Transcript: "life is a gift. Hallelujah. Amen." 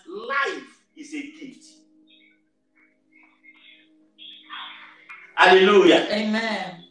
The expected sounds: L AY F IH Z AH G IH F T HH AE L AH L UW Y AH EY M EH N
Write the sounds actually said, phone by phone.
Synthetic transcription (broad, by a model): L AY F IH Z AH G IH T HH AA L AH L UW Y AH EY M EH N